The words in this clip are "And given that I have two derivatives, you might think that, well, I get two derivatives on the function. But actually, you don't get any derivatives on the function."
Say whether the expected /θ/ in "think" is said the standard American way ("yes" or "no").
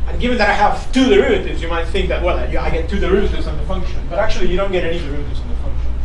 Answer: yes